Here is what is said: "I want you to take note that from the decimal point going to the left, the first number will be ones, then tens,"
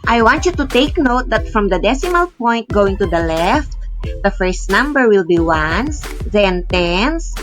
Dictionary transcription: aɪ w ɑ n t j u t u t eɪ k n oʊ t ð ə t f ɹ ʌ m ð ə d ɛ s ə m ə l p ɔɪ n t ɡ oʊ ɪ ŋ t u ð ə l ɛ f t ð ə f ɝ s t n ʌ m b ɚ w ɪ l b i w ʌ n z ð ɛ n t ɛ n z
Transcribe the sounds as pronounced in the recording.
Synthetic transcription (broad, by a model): aɪ w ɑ n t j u t u t eɪ k n oʊ t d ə t f ɹ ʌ m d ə d ɛ s ə m ə l p ɔɪ n t ɡ oʊ ɪ ŋ t u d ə l ɛ f t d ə f ɝ s t n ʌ m b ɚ w ɪ l b i w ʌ n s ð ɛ n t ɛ n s